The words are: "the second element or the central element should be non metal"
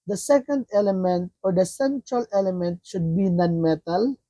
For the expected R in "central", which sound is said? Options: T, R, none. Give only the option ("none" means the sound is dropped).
R